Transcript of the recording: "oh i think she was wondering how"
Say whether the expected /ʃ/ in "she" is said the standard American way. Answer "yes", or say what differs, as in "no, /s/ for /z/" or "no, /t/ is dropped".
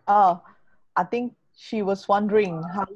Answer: yes